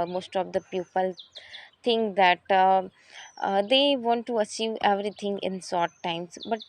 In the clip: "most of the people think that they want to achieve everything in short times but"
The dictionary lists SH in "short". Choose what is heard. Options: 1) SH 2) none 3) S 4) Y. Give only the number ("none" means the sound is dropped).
3